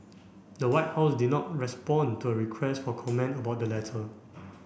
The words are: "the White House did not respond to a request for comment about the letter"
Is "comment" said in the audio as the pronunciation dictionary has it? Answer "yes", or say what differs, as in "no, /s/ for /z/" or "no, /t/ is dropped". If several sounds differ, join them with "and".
yes